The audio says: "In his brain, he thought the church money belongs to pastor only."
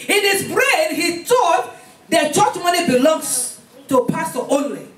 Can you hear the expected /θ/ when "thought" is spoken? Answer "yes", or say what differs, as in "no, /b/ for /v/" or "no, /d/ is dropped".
no, /t/ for /θ/